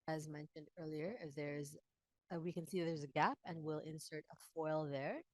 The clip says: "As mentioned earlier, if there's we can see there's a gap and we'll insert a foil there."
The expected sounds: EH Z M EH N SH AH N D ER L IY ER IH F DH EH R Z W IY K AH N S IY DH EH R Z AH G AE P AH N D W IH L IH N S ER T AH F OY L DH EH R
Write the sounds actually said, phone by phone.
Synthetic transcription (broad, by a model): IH Z M EH N SH AH N D ER L IY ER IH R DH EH R Z W IY K AH N S IY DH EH R Z AH G AE P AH N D W IH L IH N S ER T AH F OY L DH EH R